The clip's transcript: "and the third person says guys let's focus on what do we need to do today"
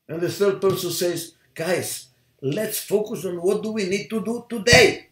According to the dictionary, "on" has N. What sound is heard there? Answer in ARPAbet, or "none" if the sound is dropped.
N